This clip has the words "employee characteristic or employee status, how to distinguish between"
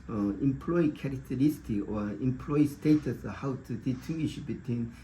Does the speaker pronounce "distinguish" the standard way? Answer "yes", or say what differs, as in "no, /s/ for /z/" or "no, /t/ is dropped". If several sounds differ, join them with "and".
no, /s/ is dropped